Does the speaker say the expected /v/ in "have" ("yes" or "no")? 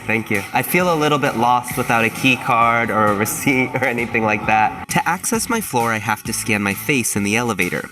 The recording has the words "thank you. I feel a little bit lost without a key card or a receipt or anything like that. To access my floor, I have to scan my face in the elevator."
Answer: no